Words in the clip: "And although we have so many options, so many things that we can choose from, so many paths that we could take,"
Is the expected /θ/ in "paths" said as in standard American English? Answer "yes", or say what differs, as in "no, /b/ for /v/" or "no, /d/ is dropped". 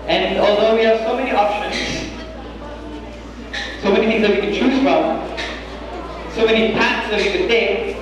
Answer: no, /t/ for /θ/